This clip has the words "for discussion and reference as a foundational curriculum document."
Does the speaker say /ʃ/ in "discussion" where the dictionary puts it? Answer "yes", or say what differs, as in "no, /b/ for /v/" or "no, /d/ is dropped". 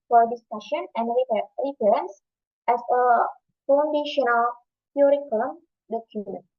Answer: yes